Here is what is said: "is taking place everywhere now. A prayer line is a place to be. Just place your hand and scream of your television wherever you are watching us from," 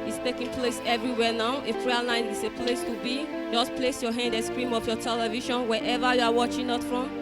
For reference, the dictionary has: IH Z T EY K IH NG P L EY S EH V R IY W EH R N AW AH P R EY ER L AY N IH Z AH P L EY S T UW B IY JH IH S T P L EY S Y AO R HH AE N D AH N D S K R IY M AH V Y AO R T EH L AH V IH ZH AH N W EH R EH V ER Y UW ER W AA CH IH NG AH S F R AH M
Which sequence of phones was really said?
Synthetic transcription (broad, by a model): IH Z T EY K IH NG P L EY S EH V R IY W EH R N AW AH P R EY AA N AY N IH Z AH P L EY S T UW B IY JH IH S P L EY S Y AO HH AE N D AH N S K R IY M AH F Y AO T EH L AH V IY SH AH N W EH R EH V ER Y UW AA W AA CH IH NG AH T F R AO M